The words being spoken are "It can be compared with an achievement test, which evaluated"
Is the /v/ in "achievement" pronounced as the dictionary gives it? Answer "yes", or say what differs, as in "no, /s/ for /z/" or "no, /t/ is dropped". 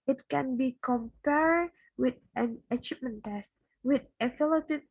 no, /p/ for /v/